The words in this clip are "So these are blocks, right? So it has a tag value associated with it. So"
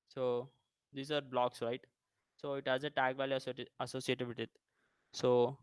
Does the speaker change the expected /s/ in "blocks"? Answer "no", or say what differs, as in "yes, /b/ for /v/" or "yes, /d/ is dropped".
no